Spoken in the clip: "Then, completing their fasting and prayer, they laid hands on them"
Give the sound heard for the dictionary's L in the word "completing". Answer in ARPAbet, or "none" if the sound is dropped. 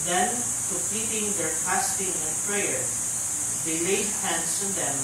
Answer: none